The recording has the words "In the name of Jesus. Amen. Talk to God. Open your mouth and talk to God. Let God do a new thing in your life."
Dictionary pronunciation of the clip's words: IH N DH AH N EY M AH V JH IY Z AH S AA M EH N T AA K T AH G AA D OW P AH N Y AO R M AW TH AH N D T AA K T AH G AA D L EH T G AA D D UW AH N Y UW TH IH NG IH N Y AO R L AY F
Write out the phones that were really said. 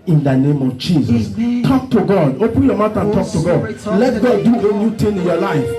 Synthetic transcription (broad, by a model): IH N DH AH N EY M AH V JH IY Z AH S T AA K T AH G AA D OW P AH N Y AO M AW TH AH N T AA K T AH G AA D L EH T G AA D D UW AH N Y UW T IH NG IH N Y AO L AY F